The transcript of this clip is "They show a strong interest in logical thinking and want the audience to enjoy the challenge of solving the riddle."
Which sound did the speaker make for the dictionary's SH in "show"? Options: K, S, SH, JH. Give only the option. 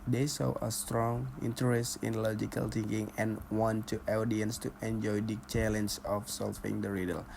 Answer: S